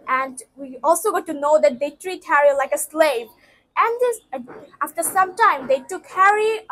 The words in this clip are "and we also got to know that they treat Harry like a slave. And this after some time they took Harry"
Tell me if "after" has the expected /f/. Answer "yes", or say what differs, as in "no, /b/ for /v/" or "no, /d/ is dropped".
yes